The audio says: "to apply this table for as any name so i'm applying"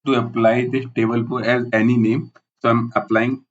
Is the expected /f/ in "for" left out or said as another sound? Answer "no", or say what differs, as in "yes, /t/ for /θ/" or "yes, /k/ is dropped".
yes, /p/ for /f/